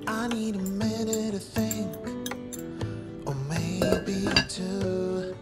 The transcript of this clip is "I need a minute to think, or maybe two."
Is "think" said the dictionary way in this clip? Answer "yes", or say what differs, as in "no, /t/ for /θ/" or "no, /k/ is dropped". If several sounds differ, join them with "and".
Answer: yes